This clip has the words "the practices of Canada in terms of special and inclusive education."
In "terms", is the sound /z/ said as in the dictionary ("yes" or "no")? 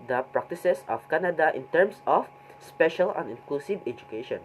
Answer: no